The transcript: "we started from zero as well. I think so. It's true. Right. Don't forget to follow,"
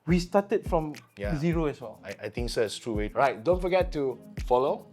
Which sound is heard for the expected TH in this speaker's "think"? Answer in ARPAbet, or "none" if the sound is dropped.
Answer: T